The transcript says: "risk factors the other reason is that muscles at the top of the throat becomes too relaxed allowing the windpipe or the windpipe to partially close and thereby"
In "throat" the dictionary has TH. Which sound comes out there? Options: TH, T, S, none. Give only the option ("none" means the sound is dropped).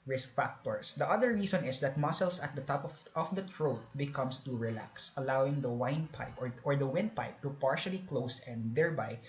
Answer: T